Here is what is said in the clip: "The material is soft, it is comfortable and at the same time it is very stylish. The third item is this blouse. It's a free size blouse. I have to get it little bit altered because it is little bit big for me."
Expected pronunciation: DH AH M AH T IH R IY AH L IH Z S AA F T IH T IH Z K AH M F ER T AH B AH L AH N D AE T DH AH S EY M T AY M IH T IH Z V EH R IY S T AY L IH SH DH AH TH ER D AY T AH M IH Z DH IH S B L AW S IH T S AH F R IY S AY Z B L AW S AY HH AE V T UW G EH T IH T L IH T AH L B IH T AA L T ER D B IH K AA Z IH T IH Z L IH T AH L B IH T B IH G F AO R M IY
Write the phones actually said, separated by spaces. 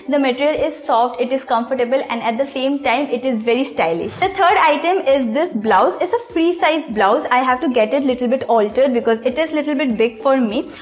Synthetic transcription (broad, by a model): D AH M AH T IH R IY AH L IH Z S AA F T IH T IH Z K AH M F ER T AH B AH L AH N D AE T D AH S EY M T AY M IH T IH Z V EH R IY S T AY L IH SH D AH T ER D AY T AH M IH Z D IH S B L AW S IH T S AH F R IY S AY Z B L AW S AY HH AE V T UW G EH T IH T L IH T AH L B IH T AA L T ER D B IH K AA Z IH T IH Z L IH T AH L B IH T B IH G F AO R M IY